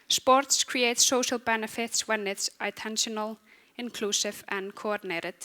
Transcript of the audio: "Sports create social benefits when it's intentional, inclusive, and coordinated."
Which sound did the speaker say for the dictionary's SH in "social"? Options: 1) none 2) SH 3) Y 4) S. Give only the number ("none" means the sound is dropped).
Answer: 2